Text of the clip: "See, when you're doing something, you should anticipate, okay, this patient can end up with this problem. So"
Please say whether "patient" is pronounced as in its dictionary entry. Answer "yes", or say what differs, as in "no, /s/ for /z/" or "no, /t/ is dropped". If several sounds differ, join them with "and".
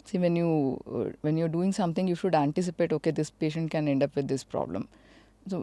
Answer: yes